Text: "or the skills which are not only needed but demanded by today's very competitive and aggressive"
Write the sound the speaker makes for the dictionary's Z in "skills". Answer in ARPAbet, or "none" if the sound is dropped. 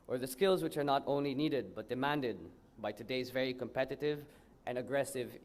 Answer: Z